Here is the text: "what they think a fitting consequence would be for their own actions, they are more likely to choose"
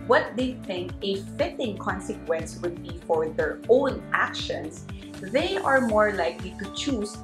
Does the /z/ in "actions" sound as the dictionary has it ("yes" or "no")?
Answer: no